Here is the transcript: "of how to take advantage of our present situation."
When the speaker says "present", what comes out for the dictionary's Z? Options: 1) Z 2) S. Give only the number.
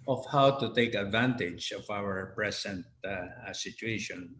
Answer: 2